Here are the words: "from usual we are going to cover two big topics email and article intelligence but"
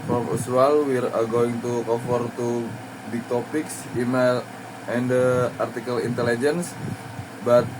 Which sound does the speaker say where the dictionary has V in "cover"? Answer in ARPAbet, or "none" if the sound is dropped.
F